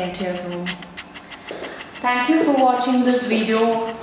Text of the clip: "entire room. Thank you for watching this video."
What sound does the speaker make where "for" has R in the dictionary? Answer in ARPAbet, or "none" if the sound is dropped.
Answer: R